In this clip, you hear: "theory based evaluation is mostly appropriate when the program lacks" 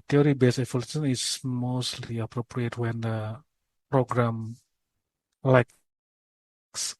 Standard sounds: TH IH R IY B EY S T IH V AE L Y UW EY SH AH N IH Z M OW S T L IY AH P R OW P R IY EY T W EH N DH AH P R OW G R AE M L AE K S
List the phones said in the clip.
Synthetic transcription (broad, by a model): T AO R IY B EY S IH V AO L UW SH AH N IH S M OW S T L IY AH P R OW P R IY EY T W EH N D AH P R OW G R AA M L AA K S